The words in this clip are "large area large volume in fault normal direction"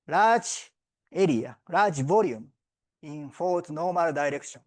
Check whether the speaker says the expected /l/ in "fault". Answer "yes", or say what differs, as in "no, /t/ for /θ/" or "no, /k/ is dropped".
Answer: no, /l/ is dropped